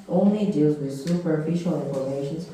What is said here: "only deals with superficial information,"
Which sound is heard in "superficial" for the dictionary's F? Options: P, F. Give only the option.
F